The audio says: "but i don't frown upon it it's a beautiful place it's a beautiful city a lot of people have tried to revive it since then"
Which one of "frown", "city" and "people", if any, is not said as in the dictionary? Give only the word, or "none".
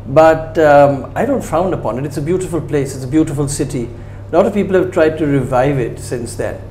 frown